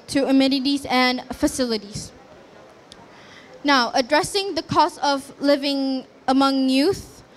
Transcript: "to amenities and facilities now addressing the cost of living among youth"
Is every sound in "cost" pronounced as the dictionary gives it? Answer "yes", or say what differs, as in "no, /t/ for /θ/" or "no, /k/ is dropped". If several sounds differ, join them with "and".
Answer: no, /t/ is dropped